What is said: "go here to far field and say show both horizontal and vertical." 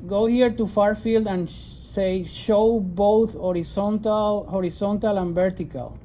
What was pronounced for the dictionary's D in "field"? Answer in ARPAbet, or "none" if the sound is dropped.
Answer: D